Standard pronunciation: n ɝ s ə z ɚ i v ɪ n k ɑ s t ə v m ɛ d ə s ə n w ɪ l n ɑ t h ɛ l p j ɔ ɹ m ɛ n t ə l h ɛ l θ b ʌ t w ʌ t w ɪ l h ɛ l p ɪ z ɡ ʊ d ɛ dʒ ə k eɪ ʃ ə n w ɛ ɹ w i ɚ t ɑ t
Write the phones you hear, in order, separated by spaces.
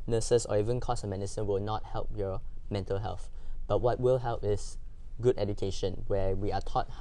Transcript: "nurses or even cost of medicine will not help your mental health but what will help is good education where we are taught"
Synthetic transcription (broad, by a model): n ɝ s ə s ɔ i v ɪ n k ɑ s m ɛ d ə s ə n w ɪ l n ɑ t h ɛ l p j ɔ m ɛ n t ə l h ɛ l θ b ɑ t w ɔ t w ɪ l h ɛ l p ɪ s ɡ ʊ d ɛ dʒ ə k eɪ ʃ ə n w ɛ w i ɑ t ɑ t